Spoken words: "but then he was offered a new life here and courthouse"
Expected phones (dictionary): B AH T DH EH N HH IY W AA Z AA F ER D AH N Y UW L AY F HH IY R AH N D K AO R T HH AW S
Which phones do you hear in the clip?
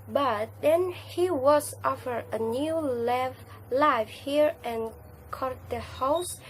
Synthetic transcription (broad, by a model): B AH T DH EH N HH IY W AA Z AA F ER AH N Y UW L AY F HH IY R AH N K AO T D HH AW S